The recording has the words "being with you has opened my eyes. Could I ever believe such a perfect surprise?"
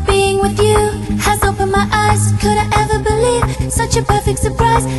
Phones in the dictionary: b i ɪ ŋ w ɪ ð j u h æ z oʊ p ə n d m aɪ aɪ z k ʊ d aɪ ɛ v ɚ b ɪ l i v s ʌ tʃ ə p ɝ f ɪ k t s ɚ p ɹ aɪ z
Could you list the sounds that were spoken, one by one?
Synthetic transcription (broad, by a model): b i ɪ ŋ w ɪ ð j u h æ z oʊ p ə n m aɪ aɪ z k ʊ d aɪ ɛ v ɚ b ɪ l i v s ʌ tʃ ə p ɝ f ɪ k t s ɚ p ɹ aɪ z